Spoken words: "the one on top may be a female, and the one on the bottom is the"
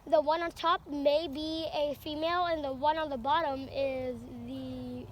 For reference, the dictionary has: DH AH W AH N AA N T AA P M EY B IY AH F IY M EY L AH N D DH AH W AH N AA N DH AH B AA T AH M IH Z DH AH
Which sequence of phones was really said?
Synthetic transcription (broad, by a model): DH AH W AH N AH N T AA P M EY B IY AH F IY M EY L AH N DH AH W AH N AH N DH AH B AA T AH M IH Z DH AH